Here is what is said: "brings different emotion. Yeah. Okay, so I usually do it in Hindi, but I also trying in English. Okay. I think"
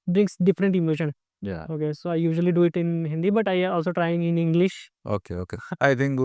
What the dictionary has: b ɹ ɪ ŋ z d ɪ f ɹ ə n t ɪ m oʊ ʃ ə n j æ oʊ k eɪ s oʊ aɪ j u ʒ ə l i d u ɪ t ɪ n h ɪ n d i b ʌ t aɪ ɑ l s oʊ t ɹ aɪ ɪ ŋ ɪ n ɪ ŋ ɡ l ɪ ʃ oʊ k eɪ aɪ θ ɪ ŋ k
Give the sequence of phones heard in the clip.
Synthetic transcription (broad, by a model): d ɹ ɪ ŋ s d ɪ f ɹ ə n t ɪ m oʊ ʃ ə n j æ oʊ k eɪ s oʊ aɪ j u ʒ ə l i d u ɪ t ɪ n h ɪ n d i b ʌ t aɪ ɑ l s oʊ t ɹ aɪ ɪ ŋ ɪ n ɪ ŋ ɡ l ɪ ʃ oʊ k eɪ aɪ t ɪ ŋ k